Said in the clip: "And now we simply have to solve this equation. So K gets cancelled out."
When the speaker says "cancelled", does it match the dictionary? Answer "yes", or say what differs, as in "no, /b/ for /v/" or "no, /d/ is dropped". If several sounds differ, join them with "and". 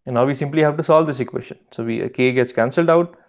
yes